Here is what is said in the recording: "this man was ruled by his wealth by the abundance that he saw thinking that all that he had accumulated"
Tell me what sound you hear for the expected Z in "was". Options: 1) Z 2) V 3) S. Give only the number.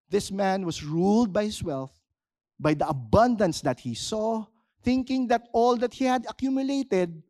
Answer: 3